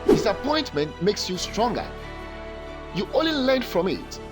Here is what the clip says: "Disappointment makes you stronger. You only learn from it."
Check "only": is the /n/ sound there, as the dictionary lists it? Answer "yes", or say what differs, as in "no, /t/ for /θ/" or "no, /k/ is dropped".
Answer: no, /n/ is dropped